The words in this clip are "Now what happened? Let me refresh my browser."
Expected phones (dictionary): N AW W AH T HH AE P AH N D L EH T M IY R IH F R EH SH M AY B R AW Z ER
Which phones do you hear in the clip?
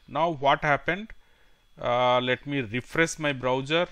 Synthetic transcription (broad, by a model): N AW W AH T HH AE P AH N D L EH T M IY R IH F R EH S M AY B R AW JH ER